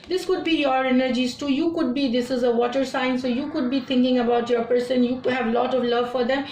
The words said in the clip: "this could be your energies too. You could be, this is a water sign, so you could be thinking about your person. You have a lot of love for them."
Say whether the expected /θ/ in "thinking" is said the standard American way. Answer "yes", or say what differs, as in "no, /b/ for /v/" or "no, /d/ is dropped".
no, /t/ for /θ/